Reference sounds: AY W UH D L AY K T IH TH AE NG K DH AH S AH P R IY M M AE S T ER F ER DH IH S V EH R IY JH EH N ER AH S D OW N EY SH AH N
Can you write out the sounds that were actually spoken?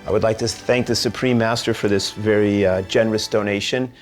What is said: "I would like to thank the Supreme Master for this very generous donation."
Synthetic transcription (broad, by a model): AY W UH D L AY K T IH TH AE NG K DH AH S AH P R IY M M AE S T ER F ER DH IH S V EH R IY JH EH N ER AH S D OW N EY SH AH N